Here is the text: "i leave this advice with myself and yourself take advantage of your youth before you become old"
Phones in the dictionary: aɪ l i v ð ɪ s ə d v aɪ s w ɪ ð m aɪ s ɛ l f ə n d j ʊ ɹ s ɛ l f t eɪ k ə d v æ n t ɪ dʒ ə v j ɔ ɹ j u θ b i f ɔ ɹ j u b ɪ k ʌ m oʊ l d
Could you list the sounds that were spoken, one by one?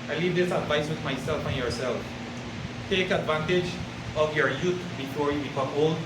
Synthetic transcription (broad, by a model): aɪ l i v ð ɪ s ə d v aɪ s w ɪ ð m aɪ s ɛ l f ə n j ʊ ɹ s ɛ l f t eɪ k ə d v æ n t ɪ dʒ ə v j ɔ ɹ j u t b i f ɔ ɹ j u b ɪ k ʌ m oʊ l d